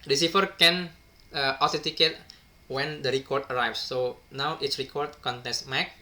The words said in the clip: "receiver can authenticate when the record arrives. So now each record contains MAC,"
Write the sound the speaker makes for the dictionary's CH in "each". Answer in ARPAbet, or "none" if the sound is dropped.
S